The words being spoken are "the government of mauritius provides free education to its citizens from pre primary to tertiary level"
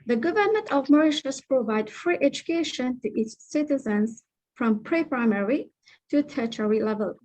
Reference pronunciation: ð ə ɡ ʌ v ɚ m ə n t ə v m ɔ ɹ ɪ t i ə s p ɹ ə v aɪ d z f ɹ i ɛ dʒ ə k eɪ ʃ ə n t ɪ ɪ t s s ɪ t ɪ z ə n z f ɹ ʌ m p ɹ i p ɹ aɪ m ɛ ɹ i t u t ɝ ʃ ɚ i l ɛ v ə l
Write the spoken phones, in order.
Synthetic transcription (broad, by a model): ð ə ɡ ʌ v ɚ m ə n t ə v m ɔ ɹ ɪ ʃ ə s p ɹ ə v aɪ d f ɹ i ɛ dʒ ə k eɪ ʃ ə n t ɪ ɪ t s s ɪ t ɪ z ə n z f ɹ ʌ m p ɹ i p ɹ aɪ m ɛ ɹ i t u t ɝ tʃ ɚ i l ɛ v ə l